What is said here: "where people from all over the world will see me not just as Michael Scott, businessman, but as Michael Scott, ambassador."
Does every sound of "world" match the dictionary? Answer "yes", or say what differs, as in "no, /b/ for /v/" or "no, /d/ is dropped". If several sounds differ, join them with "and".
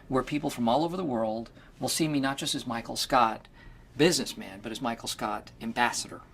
yes